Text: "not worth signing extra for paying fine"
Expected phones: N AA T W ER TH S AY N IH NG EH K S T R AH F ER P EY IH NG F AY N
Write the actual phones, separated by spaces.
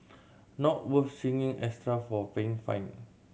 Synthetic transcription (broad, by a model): N AA T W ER F S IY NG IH NG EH S T R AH F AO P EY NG F AY N